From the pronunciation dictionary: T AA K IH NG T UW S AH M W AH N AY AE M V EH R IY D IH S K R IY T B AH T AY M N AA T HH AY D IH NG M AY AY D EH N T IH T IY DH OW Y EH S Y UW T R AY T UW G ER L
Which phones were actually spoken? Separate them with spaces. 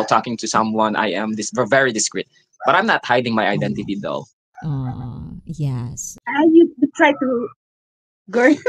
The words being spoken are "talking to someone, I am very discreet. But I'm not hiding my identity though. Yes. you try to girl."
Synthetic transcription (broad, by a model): T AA K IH NG T UW S AH M W AH N AY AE M V EH R IY D IH S K R IY T B AH T AY M N AA T HH AY D IH NG M AY AY D EH N T IH T IY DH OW Y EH S Y UW T R AY T UW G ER